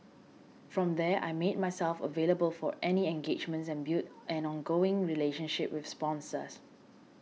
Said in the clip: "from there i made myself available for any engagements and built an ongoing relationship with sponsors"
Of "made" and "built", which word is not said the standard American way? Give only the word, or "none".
built